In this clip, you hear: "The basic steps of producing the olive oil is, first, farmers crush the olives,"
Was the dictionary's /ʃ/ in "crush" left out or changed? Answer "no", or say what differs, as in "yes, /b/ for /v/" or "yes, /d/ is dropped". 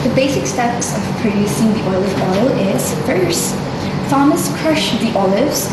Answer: no